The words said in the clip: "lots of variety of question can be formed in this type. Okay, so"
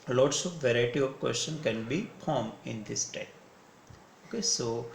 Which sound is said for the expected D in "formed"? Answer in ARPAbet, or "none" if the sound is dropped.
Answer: none